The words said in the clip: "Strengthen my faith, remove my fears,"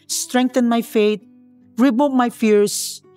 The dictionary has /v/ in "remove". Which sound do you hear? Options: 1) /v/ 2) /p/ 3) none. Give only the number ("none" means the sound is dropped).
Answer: 2